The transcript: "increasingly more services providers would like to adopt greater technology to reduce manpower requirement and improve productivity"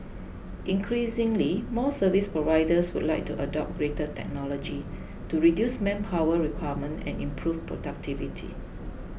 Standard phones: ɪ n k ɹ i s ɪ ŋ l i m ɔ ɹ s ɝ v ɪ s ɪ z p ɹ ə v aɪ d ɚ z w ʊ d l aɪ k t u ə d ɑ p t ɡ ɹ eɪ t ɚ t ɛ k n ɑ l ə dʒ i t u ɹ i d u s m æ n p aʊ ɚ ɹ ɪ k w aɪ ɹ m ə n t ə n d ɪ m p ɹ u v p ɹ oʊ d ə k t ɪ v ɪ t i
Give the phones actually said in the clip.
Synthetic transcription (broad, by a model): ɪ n k ɹ i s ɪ ŋ l i m ɔ s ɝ v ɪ s p ɹ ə v aɪ d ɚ s w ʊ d l aɪ k t u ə d ɑ p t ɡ ɹ eɪ t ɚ t ɛ k n ɑ l ə dʒ i t u ɹ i d u s m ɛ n p aʊ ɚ ɹ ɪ k w aɪ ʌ m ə n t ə n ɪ m p ɹ u f p ɹ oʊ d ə k t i v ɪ t i